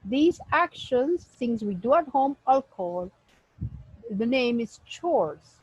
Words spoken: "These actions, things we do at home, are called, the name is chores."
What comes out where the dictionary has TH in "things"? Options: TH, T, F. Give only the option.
T